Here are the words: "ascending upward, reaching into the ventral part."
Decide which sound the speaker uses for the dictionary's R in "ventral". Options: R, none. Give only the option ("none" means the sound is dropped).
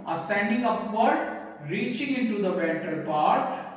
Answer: none